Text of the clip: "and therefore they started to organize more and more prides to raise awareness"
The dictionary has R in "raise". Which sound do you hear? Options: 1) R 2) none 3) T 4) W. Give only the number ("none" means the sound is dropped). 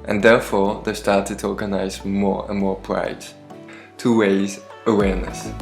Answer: 4